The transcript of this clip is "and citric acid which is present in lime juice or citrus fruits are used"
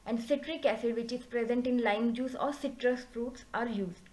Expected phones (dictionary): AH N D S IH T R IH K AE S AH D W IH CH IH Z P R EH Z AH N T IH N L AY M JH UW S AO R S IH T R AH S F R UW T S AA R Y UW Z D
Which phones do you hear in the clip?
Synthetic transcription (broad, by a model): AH N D S IH T R IH K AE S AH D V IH CH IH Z P R EH Z AH N T IH N L AY M JH UW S AO R S IH T R AH S F R UW T S AA R Y UW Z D